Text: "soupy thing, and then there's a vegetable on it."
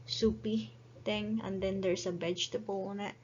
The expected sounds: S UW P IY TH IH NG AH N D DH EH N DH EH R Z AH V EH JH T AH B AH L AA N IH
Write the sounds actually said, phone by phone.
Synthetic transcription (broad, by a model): S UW P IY T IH NG AH N D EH N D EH R S AH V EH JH T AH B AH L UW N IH